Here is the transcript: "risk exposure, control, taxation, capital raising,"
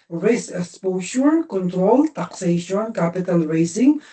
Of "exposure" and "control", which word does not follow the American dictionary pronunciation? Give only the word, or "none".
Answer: exposure